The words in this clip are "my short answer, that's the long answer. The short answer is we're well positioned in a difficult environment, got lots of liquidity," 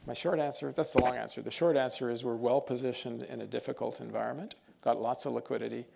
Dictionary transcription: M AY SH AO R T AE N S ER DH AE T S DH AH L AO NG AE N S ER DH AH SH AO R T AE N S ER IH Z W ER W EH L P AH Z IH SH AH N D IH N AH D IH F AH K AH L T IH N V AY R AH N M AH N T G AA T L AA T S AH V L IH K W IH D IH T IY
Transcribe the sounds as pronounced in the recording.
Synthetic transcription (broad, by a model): M AY SH AO R T AE N S ER DH AE T S DH AH L AO NG AE N S ER DH AH SH AO R T AE N S ER IH Z W ER W EH L P AH Z IH SH AH N D IH N AH D IH F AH K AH L T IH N V AY R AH N M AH N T G AA T L AA T S AH V L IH K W IH D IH T IY